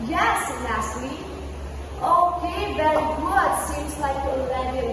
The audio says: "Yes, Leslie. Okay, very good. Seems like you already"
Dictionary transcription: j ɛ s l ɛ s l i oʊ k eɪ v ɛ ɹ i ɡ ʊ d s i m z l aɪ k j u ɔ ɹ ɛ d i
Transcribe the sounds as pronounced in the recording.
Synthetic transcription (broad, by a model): j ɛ s n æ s l i oʊ k eɪ v ɛ ɹ i ɡ ʊ d s i m z l aɪ k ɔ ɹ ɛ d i